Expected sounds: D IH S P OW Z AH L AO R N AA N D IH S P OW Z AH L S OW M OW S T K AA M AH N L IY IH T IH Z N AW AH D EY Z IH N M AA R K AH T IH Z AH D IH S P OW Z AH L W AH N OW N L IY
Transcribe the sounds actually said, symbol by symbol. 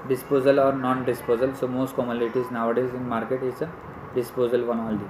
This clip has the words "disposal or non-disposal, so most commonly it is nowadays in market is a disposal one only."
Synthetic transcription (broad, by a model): D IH S P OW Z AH L AO R N AA N D IH S P OW Z AH L S OW M OW S T K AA M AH L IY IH T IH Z N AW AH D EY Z IH N M AA R K AH T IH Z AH D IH S P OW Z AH L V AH N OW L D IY